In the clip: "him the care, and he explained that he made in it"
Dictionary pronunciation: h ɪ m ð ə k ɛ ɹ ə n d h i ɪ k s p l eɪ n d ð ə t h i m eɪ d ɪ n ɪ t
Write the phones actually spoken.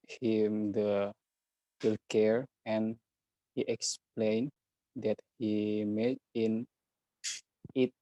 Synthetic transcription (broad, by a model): h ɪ m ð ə k ɛ ɹ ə n h i ɪ k s p l eɪ n d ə t h i m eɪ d ɪ n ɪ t